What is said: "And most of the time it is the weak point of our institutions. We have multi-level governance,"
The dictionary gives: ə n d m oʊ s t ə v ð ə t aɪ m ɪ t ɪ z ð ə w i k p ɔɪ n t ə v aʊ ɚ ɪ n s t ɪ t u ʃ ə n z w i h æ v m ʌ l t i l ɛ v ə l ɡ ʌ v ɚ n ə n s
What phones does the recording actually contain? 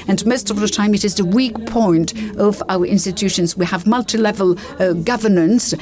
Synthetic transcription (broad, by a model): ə n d m oʊ s t ə v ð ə t aɪ m ɪ t ɪ z ð ə w i k p ɔɪ n t ə v aʊ ɚ ɪ n s t ɪ t u ʃ ə n z w i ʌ v m ʌ l t i l ɛ v ə l ɡ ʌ v ɚ n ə n s